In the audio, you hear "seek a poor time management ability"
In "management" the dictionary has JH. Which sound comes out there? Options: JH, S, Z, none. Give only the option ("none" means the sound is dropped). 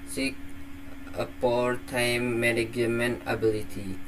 none